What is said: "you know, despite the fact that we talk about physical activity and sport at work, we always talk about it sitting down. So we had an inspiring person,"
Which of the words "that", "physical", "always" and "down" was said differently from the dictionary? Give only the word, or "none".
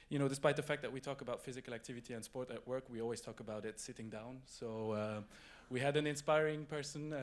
none